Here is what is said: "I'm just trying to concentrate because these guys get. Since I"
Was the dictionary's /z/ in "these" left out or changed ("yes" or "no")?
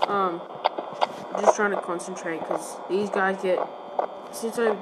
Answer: no